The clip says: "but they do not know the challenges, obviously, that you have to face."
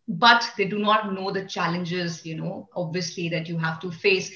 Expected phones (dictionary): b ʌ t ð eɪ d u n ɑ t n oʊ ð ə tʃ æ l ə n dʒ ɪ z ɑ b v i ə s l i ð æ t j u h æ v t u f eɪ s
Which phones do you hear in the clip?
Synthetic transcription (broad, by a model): b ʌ t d eɪ d u n ɑ t n oʊ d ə tʃ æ l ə n dʒ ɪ z ɑ b v i ə s l i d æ t j u h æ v t u f eɪ s